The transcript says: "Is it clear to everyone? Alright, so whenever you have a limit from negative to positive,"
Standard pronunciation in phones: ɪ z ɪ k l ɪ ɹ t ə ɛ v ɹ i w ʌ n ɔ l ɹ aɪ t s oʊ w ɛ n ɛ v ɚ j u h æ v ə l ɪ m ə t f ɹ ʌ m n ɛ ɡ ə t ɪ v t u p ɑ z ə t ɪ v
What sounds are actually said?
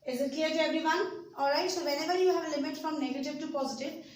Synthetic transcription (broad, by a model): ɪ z ɪ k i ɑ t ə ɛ b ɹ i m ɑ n ɔ l ɹ aɪ t s oʊ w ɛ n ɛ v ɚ j u h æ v ə l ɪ m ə t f ɹ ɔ m n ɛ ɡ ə t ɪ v t u p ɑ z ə t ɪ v